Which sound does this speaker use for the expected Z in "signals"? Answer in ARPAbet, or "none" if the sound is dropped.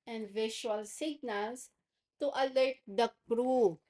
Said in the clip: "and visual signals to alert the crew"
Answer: S